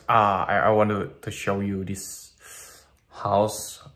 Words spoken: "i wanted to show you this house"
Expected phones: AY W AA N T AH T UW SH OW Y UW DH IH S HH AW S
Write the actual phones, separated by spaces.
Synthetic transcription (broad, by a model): AY W AA N T AH T UW SH OW Y UW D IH S HH AW S